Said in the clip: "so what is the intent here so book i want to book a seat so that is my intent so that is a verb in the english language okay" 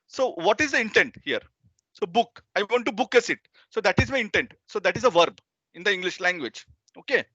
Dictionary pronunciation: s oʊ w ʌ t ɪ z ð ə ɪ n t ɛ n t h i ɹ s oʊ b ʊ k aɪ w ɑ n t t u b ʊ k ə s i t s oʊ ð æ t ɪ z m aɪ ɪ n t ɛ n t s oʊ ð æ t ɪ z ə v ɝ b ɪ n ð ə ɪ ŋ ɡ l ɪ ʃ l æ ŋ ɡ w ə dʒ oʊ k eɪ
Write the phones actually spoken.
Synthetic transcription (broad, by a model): s oʊ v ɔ t ɪ z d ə ɪ n t ɛ n t h i ɹ s oʊ b ʊ k aɪ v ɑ n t t u b ʊ k ə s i t s oʊ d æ t ɪ z m aɪ ɪ n t ɛ n t s oʊ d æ t ɪ z ə v ɝ b ɪ n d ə ɪ ŋ ɡ l ɪ ʃ l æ ŋ ɡ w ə dʒ oʊ k eɪ